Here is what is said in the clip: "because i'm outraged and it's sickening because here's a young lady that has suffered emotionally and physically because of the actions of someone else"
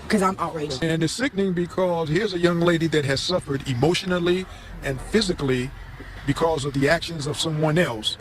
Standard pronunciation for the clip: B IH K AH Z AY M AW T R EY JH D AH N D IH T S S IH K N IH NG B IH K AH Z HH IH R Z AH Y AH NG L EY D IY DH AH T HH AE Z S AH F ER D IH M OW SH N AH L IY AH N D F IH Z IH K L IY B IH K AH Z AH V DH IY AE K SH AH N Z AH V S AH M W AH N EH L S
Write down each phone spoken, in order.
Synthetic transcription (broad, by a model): K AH Z AY M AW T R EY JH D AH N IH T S S IH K N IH NG B IH K AH Z HH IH R Z AH Y AH NG L EY D IY DH AH T HH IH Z S AH F ER D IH M OW SH N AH L IY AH N F IH Z IH K L IY B IH K AH Z AH V DH IY AE K SH AH N Z AH V S AH M W AH N EH L S